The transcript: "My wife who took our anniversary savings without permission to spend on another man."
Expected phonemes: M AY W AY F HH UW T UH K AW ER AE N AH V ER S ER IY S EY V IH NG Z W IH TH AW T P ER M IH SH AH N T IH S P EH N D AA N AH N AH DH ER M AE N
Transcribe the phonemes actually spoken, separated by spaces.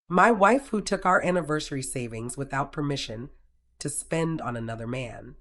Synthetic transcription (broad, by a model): M AY W AY F HH UW T UH K AW ER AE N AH V ER S ER IY S EY V IH NG Z W IH TH AW T P ER M IH SH AH N T IH S P EH N D N AH N AH DH ER M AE N